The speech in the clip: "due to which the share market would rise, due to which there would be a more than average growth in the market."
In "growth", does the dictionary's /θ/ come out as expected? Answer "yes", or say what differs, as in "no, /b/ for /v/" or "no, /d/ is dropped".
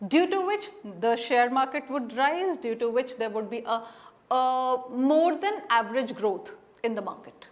no, /t/ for /θ/